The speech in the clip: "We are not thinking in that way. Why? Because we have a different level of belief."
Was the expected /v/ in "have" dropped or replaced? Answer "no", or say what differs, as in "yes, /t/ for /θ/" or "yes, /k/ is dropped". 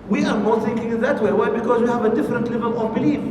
no